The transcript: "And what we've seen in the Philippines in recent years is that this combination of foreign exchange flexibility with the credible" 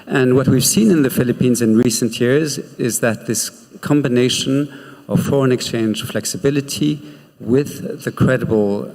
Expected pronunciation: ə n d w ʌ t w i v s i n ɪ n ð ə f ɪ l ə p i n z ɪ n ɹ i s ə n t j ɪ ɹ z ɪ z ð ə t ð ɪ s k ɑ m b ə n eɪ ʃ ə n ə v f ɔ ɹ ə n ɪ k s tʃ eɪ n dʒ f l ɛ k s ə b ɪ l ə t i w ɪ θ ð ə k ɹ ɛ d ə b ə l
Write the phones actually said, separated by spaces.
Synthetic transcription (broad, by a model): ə n w ʌ t w i v s i n ɪ n ð ə f ɪ l ə p i n z ɪ n ɹ i s ə n t j ɪ ɹ z ɪ z ð ə t ð ɪ s k ɑ m b ə n eɪ ʃ ə n ə v f ɔ ɹ ə n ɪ k s tʃ eɪ n dʒ f l ɛ k s ə b ɪ l ə t i w ɪ ð ə k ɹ ɛ d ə b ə l